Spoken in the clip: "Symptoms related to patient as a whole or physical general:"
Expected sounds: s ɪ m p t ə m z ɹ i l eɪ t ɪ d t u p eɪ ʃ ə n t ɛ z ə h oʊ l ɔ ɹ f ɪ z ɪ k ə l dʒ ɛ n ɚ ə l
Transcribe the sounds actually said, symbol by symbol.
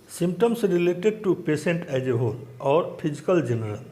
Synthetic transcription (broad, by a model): s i m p t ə m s ɹ i l eɪ t ɪ d t u p eɪ s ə n t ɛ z ə h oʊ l ɔ ɹ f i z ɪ k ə l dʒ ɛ n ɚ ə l